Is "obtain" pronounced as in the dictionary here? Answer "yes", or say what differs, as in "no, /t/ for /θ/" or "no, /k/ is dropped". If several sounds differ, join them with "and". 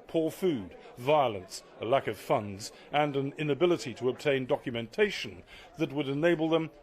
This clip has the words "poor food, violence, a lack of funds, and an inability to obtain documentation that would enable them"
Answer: yes